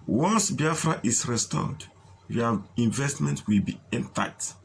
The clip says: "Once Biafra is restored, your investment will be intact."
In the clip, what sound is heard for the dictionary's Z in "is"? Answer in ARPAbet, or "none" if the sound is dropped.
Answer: S